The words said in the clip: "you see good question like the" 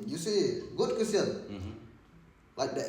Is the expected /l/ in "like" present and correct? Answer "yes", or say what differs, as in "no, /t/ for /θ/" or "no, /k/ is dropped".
no, /w/ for /l/